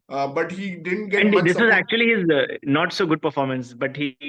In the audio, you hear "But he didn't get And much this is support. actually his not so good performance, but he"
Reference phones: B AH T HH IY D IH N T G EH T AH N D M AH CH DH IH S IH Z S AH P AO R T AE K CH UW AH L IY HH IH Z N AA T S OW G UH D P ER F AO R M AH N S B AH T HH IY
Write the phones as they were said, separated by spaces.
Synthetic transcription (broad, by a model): B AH T HH IY D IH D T G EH AH N D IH S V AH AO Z AE K CH UW AH L IY HH IH Z N AA T S OW G UH D P ER F AO R M AH N S B AH T HH IY